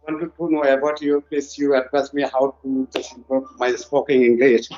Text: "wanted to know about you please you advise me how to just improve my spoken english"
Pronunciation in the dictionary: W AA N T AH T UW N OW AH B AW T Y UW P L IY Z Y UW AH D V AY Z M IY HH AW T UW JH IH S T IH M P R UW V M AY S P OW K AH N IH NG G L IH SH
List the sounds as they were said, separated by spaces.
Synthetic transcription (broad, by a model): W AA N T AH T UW N OW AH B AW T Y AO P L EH S Y UW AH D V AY S M IY HH AW T UW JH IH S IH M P UW M AY S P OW K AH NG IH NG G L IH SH